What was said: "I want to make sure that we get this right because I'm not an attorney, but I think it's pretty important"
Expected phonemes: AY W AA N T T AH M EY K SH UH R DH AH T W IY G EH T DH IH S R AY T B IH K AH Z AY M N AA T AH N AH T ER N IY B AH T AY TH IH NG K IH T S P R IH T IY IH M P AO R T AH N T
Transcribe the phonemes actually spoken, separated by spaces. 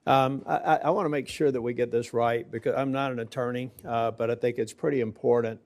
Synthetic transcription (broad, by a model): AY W AA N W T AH M EY K SH UH R DH AH T W IY G EH T DH IH S R AY T B IH K AH Z AY M N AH T AH N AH T ER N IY B AH T AY TH IH NG K IH T S P R IH T IY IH M P AO R T N T